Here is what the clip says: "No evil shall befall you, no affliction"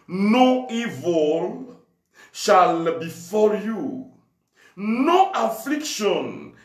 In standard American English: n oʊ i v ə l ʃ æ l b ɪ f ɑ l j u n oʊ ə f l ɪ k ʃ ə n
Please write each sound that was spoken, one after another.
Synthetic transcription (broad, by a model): n oʊ i v ə l ʃ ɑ l b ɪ f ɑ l j u n oʊ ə f l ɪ k ʃ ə n